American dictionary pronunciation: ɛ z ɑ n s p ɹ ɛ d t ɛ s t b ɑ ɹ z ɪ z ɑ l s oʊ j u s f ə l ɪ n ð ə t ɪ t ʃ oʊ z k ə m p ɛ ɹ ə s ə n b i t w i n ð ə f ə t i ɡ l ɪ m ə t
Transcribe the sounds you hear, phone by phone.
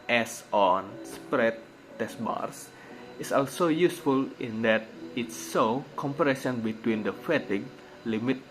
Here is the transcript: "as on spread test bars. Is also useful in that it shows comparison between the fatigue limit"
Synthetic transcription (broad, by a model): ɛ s ɑ n s p ɹ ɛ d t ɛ s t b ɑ ɹ s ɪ s ɑ l s oʊ j u s f ə l ɪ n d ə t ɪ t s oʊ k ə m p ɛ ɹ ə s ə n b i t w i n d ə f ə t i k l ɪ m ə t